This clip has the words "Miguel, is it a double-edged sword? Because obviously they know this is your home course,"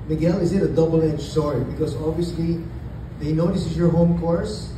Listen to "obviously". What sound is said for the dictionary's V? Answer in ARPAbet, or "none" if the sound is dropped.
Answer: V